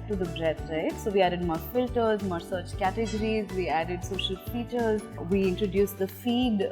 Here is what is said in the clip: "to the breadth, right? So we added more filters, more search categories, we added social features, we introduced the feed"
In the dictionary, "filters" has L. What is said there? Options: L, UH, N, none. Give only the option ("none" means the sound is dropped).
L